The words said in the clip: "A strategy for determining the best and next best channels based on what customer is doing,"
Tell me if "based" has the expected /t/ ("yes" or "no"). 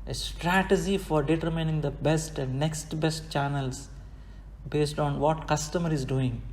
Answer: yes